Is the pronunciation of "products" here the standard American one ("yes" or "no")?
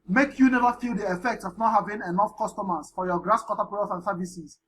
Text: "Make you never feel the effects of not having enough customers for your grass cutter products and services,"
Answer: no